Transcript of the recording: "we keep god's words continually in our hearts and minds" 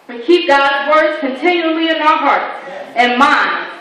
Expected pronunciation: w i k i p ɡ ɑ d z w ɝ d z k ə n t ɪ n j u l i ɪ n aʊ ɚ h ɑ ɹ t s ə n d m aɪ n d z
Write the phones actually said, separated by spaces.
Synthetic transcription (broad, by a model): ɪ k i p ɡ ɑ d z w ɝ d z k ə n t ɪ n j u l i ɪ n aʊ ɚ h ɑ ɹ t ə n m aɪ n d